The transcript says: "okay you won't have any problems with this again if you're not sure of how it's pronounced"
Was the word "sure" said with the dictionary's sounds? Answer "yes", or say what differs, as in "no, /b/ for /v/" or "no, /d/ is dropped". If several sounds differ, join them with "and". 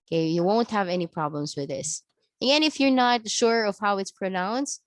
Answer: yes